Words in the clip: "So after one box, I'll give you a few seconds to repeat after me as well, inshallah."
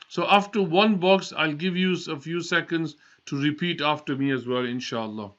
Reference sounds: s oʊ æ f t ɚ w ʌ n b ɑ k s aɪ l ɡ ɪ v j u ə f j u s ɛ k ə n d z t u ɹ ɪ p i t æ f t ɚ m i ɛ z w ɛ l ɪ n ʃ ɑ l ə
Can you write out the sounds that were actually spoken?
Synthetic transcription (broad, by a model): s oʊ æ f t ɚ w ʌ n b ɑ k s aɪ l ɡ ɪ v j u ə f j u s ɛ k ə n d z t u ɹ ɪ p i t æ f t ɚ m i ɛ z w ɛ l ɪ n ʃ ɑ l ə